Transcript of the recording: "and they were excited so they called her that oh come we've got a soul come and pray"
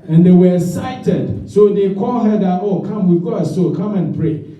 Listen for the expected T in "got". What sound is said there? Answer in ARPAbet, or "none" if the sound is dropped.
none